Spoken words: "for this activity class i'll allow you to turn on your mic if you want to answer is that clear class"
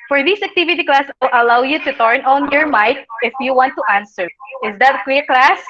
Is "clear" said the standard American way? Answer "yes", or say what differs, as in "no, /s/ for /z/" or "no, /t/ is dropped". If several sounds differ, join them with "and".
no, /w/ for /l/